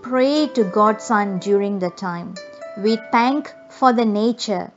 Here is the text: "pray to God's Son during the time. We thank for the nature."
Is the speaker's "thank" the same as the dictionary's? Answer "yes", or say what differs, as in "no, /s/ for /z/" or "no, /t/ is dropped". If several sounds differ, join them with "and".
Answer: no, /t/ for /θ/